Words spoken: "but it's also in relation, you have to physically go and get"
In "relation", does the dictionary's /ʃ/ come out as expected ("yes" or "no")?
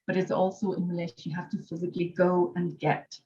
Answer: no